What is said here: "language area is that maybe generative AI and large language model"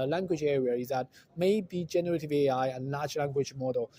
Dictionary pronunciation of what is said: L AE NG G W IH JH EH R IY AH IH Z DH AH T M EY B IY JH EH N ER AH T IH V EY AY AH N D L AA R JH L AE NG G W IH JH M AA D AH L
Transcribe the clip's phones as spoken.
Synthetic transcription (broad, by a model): L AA NG G W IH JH EH R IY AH IH Z DH AH T M EY B IY JH EH N ER AH T IH V EY AY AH N L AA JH L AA NG G W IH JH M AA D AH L